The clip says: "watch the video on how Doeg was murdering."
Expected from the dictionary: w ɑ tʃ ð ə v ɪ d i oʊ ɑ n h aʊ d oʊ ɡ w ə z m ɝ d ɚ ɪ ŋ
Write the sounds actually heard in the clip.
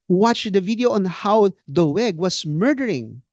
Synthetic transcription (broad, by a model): w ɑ tʃ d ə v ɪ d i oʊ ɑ n h aʊ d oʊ ɡ w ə s m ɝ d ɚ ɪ ŋ